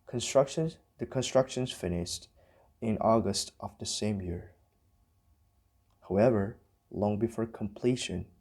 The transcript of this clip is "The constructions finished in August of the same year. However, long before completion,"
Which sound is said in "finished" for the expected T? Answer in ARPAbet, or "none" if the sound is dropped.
T